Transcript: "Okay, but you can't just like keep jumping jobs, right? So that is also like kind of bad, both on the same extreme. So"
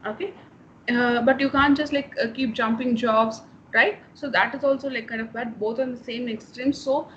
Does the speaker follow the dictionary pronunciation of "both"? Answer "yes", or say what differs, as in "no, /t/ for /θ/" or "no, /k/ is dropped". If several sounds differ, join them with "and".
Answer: no, /t/ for /θ/